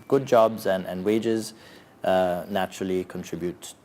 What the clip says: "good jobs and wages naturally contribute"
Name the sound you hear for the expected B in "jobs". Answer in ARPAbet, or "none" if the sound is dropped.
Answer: B